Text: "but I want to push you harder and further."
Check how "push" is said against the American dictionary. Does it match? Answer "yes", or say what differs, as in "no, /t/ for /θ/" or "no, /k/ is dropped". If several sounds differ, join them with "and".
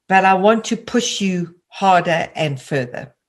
yes